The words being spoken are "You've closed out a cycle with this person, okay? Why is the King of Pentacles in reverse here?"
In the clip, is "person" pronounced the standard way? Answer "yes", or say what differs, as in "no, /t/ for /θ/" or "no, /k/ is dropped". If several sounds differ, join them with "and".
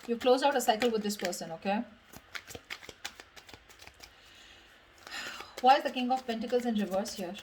yes